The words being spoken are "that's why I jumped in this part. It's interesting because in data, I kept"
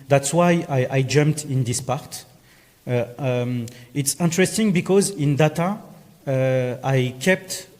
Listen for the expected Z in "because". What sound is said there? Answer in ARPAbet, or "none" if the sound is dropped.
Z